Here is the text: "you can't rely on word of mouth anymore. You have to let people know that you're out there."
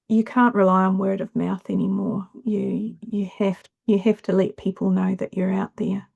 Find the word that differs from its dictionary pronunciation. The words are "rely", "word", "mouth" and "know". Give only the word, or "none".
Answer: none